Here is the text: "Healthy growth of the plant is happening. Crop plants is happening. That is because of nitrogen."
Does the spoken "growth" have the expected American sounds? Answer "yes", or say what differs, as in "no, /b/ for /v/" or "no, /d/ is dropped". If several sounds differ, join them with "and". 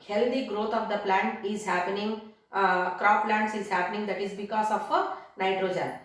no, /t/ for /θ/